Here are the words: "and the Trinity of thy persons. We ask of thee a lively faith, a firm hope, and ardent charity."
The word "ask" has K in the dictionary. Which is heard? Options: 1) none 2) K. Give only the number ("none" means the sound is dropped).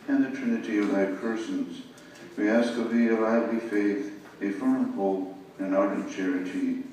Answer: 2